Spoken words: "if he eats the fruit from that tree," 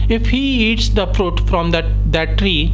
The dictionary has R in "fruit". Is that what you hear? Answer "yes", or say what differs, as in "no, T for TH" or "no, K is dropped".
yes